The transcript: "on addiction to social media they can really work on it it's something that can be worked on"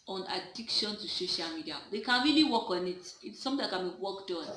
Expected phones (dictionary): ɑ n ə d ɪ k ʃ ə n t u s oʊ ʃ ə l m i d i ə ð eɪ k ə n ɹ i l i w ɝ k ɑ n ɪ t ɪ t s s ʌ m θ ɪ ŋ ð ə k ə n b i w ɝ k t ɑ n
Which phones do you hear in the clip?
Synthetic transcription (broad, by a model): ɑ n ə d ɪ k ʃ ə n t u s oʊ ʃ ə l m i d i ə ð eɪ k ə n ɹ i l i w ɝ k ɑ n ɪ t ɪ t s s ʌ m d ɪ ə k ə n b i w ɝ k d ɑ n